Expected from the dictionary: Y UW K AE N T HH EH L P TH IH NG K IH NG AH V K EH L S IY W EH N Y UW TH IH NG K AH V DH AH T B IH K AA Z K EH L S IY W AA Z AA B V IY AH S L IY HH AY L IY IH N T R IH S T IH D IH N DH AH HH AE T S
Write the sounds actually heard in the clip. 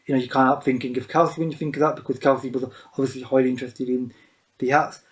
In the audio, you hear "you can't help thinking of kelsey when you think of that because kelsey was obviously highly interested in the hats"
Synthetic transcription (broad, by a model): Y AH K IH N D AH P TH IH NG K IH NG AH V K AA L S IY W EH N Y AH TH IH NG K AH V DH AH T B IH K AA Z K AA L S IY W AA Z AA B V IY AH S L IY HH AY L IY IH N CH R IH S T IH D IH N DH AH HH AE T S